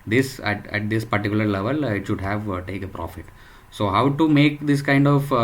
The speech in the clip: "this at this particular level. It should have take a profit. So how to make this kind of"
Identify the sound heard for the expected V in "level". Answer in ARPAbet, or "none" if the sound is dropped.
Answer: V